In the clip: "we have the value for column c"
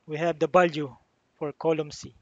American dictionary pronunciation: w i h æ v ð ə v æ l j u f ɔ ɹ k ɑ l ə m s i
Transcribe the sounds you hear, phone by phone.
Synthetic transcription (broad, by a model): w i h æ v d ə b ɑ l j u f ɔ ɹ k ɑ l ə m s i